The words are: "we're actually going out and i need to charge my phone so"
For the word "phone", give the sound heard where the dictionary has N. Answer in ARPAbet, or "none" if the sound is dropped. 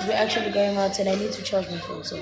L